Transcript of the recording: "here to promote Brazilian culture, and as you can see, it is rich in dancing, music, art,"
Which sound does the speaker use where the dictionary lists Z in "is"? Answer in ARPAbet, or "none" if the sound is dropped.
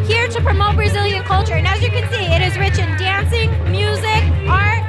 Z